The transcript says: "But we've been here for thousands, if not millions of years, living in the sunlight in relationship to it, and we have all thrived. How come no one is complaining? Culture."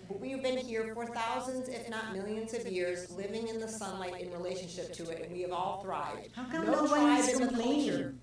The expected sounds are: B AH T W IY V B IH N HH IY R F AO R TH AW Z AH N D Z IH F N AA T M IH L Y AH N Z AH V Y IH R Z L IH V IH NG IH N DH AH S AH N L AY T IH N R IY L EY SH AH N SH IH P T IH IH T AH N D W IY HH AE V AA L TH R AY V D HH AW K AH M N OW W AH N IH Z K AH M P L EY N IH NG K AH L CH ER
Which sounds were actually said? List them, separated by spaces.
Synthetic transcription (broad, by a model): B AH T W IY V B IH N HH IY R F AO R TH AW Z AH N D Z IH F N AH T M IH L Y AH N Z AH V Y IH R Z L IH V IH NG IH N DH AH S AH N L AY T IH N R IY L EY SH AH N SH IH P T IH IH T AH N W IY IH V AA L TH R AY V D HH AW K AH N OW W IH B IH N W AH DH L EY IH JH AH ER